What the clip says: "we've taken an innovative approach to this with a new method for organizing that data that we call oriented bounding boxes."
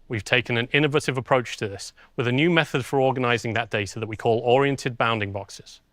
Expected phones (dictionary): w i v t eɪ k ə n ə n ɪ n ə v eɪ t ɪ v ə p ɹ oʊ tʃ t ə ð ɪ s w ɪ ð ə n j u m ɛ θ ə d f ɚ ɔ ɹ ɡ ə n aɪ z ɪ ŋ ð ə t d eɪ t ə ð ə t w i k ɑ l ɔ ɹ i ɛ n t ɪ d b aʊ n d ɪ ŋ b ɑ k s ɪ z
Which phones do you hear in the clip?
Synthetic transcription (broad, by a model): w i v t eɪ k ə n ə n ɪ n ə v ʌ t ɪ v ə p ɹ oʊ tʃ t ə ð ɪ s w ɪ ð ə n j u m ɛ θ ə d f ɚ ɔ ɡ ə n aɪ z ɪ ŋ ð ə t d eɪ t ə ð ə t w i k ɑ l ɔ ɹ i ɛ n t ɪ d b aʊ n d ɪ ŋ b ɑ k s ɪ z